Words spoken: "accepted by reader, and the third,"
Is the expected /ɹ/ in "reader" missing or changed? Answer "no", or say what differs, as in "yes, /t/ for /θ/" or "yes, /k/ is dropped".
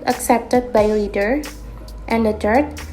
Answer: yes, /l/ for /ɹ/